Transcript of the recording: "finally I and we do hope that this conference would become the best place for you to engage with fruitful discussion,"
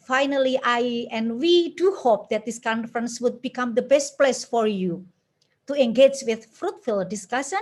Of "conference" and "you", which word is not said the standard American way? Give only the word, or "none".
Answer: none